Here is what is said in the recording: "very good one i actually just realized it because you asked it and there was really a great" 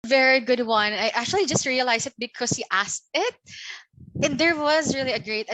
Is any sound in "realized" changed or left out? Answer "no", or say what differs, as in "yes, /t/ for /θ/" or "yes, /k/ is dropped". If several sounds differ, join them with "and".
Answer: yes, /d/ is dropped